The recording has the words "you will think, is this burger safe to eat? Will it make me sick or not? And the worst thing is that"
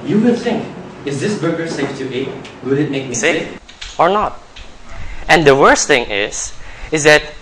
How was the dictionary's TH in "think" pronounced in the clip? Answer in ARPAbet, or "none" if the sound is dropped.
T